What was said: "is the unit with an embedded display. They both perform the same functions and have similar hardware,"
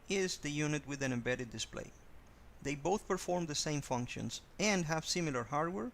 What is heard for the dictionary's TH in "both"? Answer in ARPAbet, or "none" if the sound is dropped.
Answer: TH